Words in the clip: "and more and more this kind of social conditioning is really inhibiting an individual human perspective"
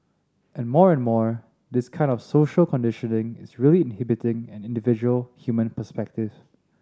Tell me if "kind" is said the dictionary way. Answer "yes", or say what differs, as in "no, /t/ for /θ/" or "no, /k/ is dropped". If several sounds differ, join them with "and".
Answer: yes